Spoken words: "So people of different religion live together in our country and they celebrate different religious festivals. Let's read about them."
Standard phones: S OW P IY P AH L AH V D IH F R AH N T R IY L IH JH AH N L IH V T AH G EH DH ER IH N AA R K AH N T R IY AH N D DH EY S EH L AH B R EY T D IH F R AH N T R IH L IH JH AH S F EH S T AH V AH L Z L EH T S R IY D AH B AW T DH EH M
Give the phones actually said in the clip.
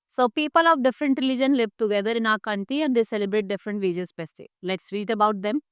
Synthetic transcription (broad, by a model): S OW P IY P AH L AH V D IH F R AH N T R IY L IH JH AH N L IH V T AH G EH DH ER IH N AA K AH N T IY AH N D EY S EH L AH B R EY T D IH F R AH N T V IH JH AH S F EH S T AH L L EH T S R IY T AH B AW T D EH M